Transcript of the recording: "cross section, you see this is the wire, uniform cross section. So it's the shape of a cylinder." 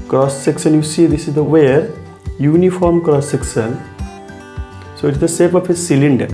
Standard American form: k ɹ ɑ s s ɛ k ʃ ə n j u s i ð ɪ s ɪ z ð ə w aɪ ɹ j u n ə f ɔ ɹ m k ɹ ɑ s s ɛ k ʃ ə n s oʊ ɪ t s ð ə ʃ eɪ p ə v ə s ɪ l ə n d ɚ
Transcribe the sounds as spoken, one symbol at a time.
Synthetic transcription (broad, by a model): k ɹ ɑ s s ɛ k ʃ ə n j u s i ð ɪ s ɪ z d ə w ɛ ɹ j u n ə f ɔ ɹ m k ɹ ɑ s s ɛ k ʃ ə n s oʊ ɪ t s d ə s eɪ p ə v ə s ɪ l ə n d